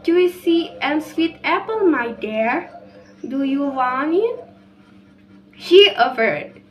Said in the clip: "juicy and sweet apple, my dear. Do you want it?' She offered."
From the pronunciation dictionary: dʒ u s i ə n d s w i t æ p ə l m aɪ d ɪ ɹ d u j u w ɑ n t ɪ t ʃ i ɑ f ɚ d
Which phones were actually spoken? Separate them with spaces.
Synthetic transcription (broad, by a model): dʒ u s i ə n s w i t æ p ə l m aɪ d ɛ ɹ d u j u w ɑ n ɪ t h i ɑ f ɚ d